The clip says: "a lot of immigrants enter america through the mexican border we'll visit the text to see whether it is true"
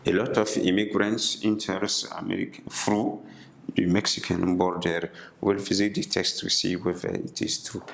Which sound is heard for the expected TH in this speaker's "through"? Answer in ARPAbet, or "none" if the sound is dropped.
F